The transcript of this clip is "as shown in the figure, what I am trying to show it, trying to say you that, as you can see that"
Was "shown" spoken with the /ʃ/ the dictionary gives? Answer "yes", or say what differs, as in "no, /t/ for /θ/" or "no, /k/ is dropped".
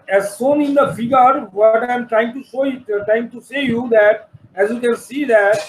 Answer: no, /s/ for /ʃ/